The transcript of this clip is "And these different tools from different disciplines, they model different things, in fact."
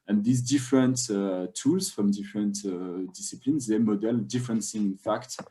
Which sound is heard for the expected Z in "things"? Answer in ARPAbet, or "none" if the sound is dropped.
none